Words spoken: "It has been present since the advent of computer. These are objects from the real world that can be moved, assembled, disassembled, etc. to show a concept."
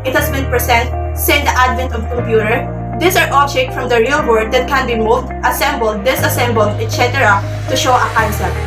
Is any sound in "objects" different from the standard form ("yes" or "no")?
yes